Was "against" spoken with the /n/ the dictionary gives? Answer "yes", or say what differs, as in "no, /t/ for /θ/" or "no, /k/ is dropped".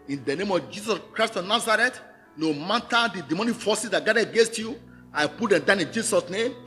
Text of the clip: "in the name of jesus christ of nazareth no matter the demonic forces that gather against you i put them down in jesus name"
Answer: yes